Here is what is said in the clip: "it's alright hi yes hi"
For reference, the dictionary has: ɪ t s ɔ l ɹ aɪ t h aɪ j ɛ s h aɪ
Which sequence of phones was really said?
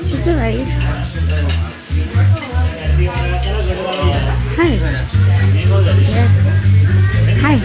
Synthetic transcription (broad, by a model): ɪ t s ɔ ɹ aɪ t h aɪ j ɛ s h aɪ